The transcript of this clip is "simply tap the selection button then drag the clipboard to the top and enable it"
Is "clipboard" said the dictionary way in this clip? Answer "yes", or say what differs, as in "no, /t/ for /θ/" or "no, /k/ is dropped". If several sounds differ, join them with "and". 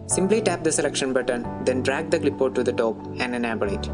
no, /b/ is dropped